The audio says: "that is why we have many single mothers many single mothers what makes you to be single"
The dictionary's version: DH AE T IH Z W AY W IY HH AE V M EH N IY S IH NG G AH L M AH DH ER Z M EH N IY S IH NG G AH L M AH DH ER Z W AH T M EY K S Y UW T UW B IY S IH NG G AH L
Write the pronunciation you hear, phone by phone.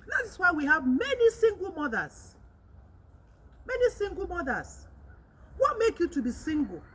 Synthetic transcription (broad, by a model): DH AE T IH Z W AY W IY HH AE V M EH N IY S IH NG G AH L M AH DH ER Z M EH N IY S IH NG G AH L M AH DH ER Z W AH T M EY K Y UW T UW B IY S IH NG G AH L